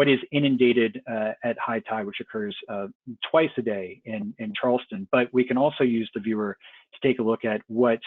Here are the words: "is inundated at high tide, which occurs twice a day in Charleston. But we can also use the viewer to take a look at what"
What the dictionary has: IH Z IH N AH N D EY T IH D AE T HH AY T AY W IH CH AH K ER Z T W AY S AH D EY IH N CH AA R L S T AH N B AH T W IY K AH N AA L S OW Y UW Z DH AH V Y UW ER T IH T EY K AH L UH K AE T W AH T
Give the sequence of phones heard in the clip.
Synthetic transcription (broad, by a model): IH Z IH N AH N D EY T IH D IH T HH AY T AY W IH CH AH K ER Z T W AY S AH D EY IH N CH AA R L S T AH N B AH T W IY K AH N AA L S OW Y UW Z DH AH V Y UW ER T IH T EY K AH L UH K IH T W AH T